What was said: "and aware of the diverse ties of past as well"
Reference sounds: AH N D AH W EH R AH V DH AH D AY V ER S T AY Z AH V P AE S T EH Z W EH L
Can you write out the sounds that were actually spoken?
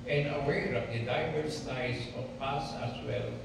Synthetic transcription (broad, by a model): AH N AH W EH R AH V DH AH D AY V ER S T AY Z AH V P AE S AH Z W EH L